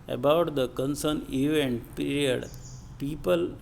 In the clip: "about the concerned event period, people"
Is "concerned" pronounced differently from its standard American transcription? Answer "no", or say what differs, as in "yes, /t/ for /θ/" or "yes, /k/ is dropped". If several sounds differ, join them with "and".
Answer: yes, /d/ is dropped